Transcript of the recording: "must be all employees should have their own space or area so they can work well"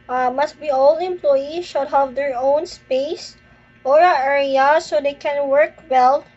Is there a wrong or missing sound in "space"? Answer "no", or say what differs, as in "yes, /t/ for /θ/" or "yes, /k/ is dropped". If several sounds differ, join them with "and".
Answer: no